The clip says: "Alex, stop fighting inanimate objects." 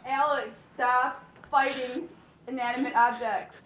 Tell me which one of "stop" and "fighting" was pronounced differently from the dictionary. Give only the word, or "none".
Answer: stop